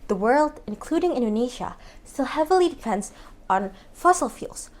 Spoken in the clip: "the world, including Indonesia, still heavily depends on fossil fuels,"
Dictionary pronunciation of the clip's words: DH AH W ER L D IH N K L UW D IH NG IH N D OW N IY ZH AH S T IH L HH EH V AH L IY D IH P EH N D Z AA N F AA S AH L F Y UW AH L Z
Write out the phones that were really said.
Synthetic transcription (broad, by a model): DH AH W ER L D IH N K L UW D IH NG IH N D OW N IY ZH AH S T IH L HH EH V L IY D IH P EH N D Z N F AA S L F Y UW L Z